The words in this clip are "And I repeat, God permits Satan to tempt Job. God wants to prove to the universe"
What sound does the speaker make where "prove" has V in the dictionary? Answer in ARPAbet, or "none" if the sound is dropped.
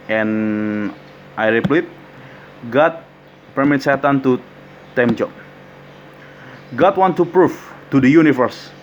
F